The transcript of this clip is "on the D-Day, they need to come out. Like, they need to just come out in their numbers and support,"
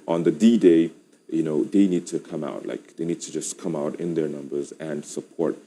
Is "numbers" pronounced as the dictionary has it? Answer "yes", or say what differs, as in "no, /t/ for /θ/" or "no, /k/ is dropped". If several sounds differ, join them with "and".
yes